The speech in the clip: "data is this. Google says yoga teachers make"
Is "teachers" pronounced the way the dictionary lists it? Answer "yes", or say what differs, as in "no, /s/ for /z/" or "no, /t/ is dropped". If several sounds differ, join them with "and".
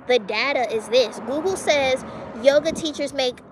yes